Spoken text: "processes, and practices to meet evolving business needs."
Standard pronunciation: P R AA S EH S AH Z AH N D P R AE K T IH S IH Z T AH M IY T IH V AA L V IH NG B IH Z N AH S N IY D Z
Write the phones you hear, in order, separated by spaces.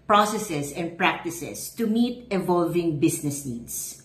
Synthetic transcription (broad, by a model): P R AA S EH S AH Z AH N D P R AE K T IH S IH S T AH M IY T IH V AA L V IH NG B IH S N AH S N IY D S